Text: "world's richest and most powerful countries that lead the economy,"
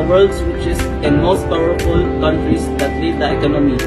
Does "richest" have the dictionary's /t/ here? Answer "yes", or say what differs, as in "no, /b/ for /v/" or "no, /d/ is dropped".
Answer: no, /t/ is dropped